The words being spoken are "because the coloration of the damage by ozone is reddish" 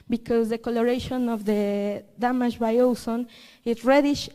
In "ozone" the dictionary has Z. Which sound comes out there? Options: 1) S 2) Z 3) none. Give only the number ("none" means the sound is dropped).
1